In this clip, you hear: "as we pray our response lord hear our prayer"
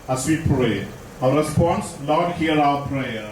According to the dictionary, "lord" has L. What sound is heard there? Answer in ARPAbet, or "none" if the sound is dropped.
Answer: N